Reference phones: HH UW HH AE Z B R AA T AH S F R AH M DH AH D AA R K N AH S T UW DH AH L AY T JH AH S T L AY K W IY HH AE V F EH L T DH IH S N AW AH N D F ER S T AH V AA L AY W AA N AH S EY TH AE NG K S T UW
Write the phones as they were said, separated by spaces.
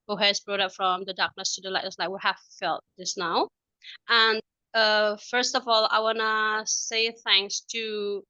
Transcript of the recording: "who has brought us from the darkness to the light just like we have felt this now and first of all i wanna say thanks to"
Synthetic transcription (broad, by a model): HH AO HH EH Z B R AA T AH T F R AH M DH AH D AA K N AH S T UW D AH L AY T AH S L AY K W IY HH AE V F EH L T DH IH S N AW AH N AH F ER S T AH V AA L AY W AA N AH S EY TH AE NG K S T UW